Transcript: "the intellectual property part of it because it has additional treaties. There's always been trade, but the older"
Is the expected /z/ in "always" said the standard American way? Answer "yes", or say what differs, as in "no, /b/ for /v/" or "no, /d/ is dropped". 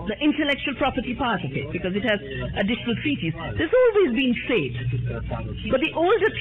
yes